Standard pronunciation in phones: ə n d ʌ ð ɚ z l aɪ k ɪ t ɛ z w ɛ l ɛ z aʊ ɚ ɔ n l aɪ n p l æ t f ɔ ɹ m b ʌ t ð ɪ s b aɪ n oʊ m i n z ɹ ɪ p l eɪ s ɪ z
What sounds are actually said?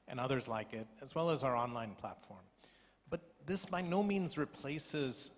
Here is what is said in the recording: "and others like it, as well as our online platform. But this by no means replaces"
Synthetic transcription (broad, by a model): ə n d ʌ ð ɚ z l aɪ k ɪ t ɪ z w ɛ l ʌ z aʊ ɚ ɔ n l aɪ n p l æ t f ɔ ɹ m b ʌ t ð ɪ s b aɪ n oʊ m i n z ɹ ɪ p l eɪ s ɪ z